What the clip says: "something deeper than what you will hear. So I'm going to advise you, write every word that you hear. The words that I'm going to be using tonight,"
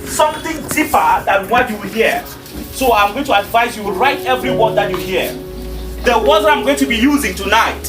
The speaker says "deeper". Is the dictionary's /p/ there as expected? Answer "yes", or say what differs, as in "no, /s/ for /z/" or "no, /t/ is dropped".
yes